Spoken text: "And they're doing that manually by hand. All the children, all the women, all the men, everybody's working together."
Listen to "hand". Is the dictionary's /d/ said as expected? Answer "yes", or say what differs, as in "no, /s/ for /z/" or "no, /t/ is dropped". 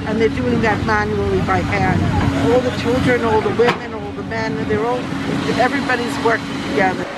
no, /d/ is dropped